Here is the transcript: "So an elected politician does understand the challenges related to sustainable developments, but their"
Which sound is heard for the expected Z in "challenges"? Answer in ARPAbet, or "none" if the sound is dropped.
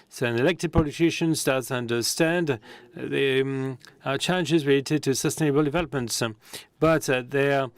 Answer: Z